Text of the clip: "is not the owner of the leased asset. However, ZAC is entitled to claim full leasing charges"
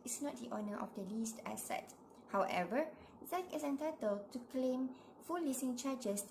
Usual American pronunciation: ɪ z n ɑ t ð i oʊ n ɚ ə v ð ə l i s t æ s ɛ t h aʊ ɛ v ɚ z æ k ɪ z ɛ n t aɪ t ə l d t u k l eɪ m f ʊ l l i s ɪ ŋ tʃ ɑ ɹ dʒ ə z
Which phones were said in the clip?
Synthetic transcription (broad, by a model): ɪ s n ɑ t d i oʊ n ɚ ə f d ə l i s t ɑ s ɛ t h aʊ ɛ v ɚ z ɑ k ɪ s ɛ n t aɪ t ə l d t u k l eɪ m f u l l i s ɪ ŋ tʃ ɑ dʒ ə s